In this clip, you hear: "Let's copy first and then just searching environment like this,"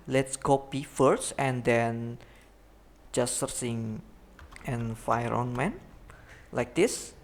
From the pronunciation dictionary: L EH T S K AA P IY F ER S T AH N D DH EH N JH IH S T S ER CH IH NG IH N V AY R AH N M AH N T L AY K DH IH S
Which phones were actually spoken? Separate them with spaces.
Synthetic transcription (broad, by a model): L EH T S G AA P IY F ER S T AH N D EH N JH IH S S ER S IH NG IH N F AY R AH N M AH N L AY K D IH S